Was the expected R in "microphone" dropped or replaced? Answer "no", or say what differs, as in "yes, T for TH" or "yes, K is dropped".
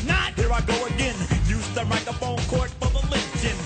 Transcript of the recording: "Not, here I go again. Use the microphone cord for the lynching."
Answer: yes, R is dropped